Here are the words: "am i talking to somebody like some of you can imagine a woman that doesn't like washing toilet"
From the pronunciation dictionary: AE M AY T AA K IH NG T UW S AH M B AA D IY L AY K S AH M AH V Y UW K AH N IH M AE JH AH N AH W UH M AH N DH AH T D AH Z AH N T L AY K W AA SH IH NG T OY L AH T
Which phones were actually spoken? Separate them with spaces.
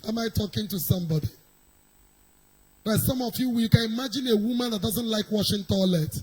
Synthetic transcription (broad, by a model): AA M AY T AA K IH NG T UW S AH M B AA D IY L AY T S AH M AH W Y UW K AH N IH M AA JH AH N AH W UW M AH N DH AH T D AH Z AH N T L AY K W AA SH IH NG T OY L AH T